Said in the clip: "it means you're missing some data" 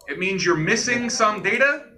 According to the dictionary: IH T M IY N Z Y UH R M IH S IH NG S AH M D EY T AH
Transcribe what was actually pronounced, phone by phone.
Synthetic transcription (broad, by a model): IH T M IY N Z Y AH R M IH S IH NG S AH M D EY T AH